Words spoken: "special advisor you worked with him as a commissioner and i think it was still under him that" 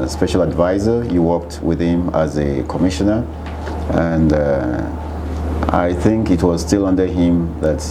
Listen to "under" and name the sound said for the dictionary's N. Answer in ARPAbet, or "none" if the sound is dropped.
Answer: N